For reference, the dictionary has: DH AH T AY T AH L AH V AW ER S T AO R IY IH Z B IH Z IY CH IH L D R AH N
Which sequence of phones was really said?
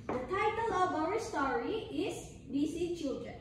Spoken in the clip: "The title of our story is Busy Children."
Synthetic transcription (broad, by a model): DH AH T AY T AH L AH V AW ER S T AO R IY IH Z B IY S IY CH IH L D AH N